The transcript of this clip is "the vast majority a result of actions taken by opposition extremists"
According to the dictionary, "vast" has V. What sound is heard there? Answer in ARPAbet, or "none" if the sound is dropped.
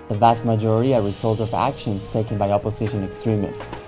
V